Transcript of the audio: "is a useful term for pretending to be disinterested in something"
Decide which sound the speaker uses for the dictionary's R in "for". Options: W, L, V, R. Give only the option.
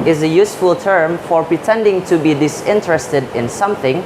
R